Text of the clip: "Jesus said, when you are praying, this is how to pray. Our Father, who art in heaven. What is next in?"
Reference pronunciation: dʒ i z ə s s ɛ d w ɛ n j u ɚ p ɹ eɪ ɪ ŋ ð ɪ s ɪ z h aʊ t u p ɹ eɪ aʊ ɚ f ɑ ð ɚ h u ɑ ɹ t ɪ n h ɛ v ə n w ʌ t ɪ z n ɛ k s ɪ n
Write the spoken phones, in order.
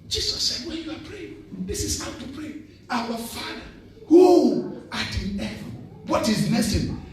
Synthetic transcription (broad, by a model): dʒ i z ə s s ɛ d w ɛ n j u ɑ p ɹ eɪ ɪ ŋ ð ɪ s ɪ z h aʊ t u p ɹ eɪ aʊ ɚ f ɑ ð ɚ h u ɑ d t ɪ n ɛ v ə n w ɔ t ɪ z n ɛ s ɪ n